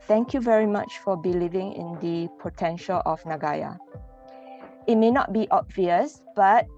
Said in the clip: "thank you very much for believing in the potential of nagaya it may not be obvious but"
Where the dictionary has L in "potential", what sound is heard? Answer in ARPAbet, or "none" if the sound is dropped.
L